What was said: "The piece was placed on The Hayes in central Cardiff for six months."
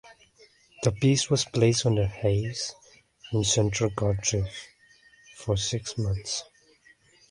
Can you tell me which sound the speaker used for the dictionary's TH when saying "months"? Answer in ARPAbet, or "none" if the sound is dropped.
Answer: TH